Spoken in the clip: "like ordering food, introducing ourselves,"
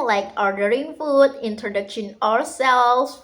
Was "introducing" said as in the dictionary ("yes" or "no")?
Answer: no